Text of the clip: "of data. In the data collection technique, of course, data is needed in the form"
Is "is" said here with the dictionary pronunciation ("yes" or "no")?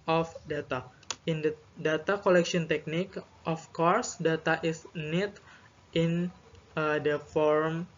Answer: no